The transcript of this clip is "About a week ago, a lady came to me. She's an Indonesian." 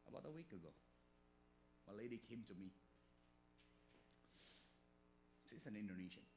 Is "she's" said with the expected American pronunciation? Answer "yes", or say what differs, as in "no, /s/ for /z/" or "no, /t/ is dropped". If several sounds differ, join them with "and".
no, /s/ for /ʃ/ and /s/ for /z/